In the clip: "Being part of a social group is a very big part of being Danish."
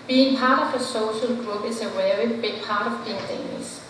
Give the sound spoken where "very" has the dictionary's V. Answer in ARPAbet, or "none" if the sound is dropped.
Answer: W